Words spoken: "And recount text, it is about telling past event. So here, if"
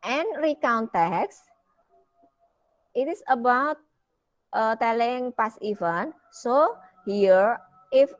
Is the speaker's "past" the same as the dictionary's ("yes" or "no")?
no